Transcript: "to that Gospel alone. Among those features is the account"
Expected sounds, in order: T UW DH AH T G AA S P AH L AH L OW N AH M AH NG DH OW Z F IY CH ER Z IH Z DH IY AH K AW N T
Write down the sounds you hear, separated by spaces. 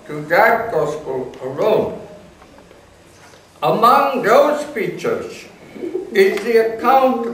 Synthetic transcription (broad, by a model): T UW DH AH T G AA S P AH L AH L OW N AH M AH NG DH OW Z F IY CH ER Z IH Z DH IY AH K AW N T